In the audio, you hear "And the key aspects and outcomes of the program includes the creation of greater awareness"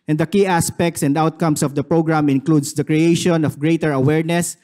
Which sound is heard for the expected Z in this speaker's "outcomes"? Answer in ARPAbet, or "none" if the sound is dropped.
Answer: S